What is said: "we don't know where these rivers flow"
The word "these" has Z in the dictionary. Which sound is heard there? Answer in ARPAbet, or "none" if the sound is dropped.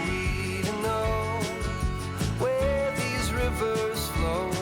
Z